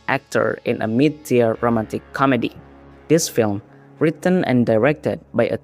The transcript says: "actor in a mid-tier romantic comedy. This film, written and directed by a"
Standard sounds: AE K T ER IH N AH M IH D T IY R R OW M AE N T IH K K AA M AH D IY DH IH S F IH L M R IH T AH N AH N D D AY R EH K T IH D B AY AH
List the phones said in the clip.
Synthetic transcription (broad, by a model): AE K T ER IH N AH M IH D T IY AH R OW M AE N T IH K K AA M AH D IY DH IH S F IH L M R IH T AH N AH N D D AY R EH K T IH D B AY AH